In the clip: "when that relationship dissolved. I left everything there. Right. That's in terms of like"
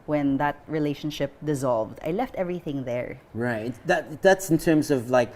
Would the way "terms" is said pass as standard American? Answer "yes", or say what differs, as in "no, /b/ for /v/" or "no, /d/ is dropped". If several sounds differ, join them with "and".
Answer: yes